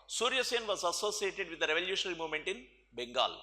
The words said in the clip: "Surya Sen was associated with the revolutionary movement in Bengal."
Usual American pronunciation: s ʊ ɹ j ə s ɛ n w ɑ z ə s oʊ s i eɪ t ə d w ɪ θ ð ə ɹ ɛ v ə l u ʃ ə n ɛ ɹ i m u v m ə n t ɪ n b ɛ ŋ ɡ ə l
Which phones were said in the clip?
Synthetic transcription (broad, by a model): s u ɹ j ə s ɛ n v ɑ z ə s oʊ s i eɪ t ə d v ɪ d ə ɹ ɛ v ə l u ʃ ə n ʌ ɹ i m u v m ə n t ɪ n b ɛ ŋ ɡ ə l